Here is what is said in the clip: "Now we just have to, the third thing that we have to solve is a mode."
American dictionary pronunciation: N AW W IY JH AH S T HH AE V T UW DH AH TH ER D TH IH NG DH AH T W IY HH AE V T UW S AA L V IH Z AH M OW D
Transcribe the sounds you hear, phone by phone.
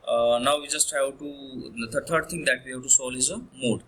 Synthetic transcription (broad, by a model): N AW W IY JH AH S T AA W T UW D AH T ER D T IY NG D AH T W IY HH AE W T UW S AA L IH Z AH M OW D